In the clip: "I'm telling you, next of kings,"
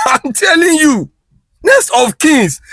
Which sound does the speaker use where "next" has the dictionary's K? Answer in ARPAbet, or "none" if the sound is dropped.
none